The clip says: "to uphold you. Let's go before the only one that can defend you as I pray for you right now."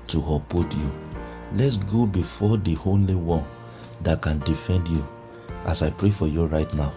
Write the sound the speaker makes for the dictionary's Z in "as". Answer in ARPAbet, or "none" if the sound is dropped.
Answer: S